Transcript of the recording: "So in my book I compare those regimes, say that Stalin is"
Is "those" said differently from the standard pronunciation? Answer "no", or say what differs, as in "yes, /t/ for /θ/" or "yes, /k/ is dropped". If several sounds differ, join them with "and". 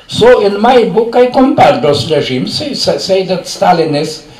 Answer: yes, /s/ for /z/